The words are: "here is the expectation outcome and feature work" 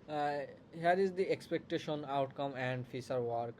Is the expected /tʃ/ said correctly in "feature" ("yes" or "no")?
no